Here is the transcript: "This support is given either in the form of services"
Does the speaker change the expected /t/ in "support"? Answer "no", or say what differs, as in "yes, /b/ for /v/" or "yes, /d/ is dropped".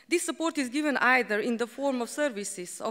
no